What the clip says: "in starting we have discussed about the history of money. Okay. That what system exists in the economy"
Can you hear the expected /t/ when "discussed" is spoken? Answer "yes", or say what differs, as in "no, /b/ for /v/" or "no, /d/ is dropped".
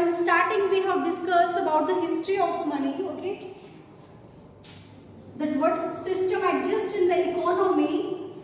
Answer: no, /t/ is dropped